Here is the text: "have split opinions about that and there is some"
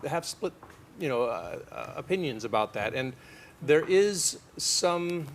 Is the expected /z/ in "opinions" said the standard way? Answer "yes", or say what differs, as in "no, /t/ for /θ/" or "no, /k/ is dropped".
yes